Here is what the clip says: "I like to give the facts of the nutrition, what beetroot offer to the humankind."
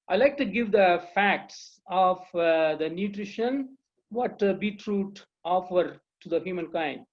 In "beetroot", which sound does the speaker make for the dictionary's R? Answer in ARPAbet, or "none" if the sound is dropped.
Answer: R